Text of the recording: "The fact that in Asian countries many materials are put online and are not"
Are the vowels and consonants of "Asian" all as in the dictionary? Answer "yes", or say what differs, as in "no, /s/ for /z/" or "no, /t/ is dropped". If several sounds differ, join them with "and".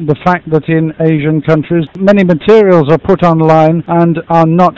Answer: yes